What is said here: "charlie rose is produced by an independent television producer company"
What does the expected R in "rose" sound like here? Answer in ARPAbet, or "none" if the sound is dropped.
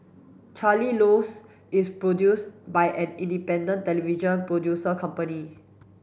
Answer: L